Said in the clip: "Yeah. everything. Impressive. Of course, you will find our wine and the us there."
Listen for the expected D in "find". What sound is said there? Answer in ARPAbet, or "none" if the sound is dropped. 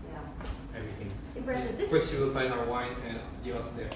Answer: none